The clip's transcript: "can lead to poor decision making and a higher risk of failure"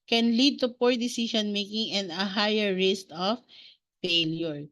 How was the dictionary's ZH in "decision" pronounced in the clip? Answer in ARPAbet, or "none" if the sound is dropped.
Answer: SH